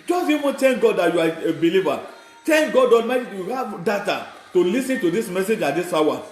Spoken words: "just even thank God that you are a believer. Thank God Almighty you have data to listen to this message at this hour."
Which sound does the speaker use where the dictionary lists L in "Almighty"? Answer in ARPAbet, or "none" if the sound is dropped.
none